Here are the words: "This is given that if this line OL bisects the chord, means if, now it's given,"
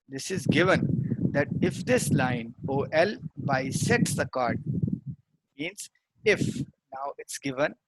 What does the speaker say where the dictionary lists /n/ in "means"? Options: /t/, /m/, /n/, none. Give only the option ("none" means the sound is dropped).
/n/